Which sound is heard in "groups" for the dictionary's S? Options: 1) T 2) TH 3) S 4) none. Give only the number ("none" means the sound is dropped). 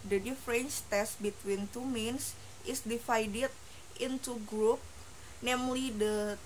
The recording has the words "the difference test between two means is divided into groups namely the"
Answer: 4